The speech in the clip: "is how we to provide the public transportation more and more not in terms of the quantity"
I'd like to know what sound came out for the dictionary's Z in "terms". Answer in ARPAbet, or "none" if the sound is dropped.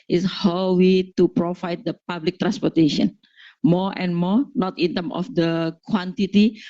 none